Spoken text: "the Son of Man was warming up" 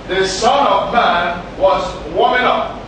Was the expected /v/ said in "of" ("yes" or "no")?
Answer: yes